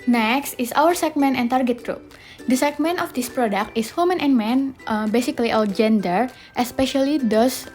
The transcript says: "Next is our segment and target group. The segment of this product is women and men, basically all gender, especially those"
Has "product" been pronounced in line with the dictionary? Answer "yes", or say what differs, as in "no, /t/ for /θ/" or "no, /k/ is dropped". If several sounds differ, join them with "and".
yes